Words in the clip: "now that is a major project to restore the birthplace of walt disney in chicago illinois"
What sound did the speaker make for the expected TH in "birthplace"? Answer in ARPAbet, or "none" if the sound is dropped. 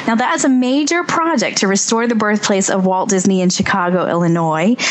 TH